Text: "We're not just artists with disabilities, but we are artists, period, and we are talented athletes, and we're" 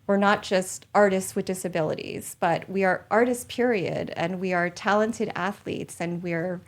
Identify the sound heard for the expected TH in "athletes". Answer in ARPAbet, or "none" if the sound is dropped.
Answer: TH